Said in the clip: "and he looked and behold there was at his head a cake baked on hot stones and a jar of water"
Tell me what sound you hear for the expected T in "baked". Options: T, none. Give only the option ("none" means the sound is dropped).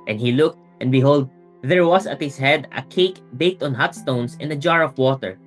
T